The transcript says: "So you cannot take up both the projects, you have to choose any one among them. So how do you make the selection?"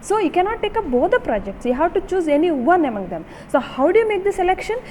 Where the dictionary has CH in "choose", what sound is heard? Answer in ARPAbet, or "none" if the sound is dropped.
CH